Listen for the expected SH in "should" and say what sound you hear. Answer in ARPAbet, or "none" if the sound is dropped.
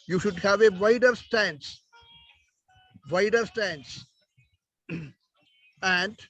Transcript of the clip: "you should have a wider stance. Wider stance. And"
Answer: SH